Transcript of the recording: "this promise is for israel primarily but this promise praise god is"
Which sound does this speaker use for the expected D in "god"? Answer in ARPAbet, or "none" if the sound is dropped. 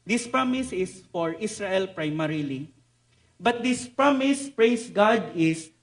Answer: D